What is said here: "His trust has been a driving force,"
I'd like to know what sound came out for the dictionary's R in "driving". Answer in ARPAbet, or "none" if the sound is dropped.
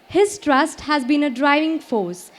R